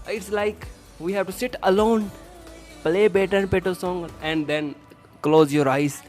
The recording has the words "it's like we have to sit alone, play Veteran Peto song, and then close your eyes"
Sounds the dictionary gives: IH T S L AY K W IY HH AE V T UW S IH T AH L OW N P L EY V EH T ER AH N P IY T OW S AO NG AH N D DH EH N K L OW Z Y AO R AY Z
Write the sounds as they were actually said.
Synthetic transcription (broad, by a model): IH T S L AY K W IY HH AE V T UW S IH T AH L OW N P L EY B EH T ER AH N P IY T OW S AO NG AH N D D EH N K L OW Z Y AO R AY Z